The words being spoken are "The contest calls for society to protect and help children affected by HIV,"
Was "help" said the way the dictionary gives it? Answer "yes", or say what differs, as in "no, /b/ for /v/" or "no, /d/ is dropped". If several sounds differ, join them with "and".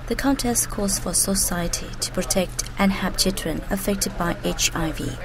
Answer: no, /l/ is dropped